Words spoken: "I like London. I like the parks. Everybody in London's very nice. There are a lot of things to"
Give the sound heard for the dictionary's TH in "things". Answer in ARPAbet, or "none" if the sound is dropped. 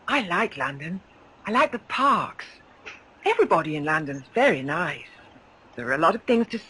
TH